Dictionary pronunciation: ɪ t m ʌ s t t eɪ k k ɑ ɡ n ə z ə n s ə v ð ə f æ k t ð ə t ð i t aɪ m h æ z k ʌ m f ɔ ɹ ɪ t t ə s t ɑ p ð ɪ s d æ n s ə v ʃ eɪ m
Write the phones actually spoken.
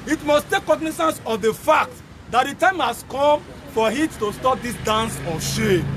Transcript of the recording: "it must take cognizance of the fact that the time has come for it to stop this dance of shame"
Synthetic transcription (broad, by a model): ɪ t m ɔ s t t eɪ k k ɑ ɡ n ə s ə n s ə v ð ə f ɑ k t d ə t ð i t aɪ m h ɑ s k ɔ m f ɔ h ɪ t t ə s t ɑ p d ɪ s d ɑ n s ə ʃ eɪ